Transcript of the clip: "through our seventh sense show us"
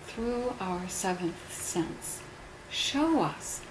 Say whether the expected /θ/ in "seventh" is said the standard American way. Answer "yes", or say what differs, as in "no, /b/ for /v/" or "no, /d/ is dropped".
yes